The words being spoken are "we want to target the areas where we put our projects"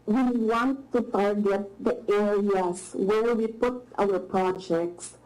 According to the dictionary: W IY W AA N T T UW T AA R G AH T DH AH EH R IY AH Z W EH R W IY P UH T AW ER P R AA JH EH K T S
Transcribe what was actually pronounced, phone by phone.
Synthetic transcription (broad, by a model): W IY W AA N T T UW T AA R G AH T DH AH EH R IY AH S W EH R W IY P UH T AW ER P R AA JH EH K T S